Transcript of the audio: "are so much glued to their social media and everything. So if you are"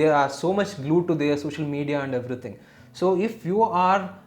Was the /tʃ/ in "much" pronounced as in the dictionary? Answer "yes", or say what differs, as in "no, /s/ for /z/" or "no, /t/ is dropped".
yes